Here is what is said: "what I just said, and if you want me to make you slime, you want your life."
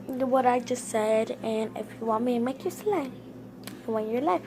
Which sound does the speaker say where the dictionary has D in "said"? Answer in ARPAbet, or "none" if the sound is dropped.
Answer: D